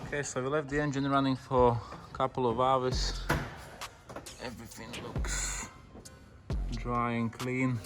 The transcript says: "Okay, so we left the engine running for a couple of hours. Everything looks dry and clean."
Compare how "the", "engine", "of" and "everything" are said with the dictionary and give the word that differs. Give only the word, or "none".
none